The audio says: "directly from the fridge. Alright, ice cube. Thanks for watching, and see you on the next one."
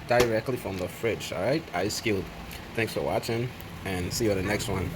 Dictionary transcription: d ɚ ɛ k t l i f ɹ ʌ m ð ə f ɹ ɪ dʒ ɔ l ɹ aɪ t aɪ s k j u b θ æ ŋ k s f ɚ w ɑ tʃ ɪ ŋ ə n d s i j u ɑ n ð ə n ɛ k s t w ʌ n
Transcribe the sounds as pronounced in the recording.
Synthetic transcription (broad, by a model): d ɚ ɛ k t l i f ɹ ʌ m ð ə f ɹ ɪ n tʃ ɹ aɪ t aɪ s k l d θ æ ŋ k s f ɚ w ɑ tʃ ɪ ŋ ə n s i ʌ ð ə n ɛ k s t w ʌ n